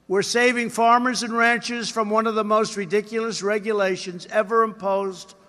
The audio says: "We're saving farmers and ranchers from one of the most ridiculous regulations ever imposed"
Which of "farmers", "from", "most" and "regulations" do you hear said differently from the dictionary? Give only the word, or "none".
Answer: none